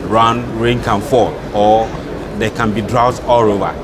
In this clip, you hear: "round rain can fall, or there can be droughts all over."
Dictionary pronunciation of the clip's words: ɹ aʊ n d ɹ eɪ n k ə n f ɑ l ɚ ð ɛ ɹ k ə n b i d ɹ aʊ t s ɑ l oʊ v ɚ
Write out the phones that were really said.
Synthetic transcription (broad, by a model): ɹ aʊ n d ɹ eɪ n k ə n f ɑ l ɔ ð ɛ k ə n b i d ɹ aʊ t ɑ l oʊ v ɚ